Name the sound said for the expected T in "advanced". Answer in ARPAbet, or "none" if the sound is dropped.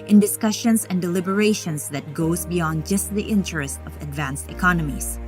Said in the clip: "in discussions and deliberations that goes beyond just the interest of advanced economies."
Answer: T